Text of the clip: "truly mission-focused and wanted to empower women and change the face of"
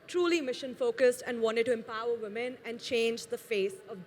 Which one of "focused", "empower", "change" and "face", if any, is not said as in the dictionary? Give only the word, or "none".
none